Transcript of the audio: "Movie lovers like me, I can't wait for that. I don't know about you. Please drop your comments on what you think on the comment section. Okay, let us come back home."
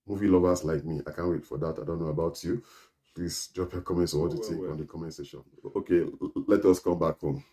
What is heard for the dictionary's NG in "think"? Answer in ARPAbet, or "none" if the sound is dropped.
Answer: none